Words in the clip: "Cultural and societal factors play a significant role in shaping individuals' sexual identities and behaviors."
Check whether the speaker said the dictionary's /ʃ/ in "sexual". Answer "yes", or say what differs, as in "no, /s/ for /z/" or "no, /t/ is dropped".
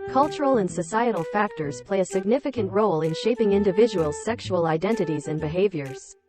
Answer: yes